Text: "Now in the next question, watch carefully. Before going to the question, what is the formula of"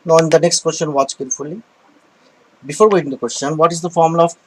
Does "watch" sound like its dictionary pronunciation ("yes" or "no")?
yes